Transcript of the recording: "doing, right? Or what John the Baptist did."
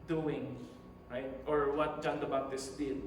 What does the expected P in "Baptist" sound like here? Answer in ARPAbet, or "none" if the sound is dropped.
none